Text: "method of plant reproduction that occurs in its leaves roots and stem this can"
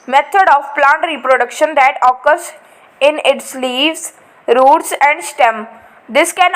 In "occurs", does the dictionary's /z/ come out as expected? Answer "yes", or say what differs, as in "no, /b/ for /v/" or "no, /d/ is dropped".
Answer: no, /s/ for /z/